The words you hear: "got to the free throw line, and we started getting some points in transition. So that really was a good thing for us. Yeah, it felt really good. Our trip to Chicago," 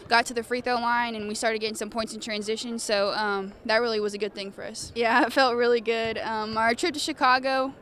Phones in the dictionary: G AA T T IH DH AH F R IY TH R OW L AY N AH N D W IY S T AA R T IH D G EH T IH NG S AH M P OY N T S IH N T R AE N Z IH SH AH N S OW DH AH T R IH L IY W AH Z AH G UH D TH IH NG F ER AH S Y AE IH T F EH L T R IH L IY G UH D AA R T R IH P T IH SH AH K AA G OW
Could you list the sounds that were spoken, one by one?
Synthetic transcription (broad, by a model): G AA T T IH DH AH F R IY TH OW L AY N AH N W IY S T AA R T IH D G EH T IH NG S AH M P OY N T S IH N T R AE N Z IH SH AH N S OW DH AH T R IH L IY W AH Z AH G UH D TH IH NG F ER AH S Y AE IH T F EH L T R IH L IY G UH D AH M T R IH P T IH SH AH K AA G OW